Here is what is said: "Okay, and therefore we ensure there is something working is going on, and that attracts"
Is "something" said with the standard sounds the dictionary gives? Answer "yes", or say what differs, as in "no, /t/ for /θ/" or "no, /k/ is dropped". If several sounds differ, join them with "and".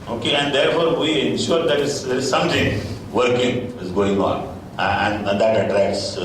no, /t/ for /θ/